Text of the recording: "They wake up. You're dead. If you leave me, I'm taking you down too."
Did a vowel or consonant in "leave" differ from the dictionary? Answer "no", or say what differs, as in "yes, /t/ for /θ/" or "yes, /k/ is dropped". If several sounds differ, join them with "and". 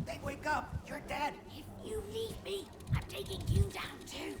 yes, /n/ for /l/